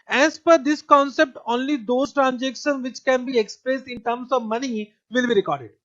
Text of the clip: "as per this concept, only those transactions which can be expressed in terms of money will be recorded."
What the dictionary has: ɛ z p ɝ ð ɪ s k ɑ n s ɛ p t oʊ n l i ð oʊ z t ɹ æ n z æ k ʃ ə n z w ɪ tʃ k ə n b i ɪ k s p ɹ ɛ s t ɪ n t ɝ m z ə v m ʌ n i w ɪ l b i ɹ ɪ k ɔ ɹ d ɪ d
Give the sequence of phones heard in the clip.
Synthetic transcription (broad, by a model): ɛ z p ɝ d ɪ s k ɑ n s ɛ p t oʊ n l i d oʊ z t ɹ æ n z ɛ k ʃ ə n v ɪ tʃ k ə n b i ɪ k s p ɹ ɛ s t ɪ n t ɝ m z ə v m ʌ n i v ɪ l b i ɹ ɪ k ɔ ɹ d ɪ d